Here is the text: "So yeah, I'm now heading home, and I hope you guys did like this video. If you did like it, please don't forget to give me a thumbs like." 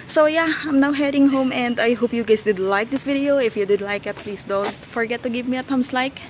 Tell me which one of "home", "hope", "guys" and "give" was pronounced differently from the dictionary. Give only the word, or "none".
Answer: guys